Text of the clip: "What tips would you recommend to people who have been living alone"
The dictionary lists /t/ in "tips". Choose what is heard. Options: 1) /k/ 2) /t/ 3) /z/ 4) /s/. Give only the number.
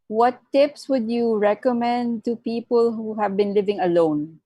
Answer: 2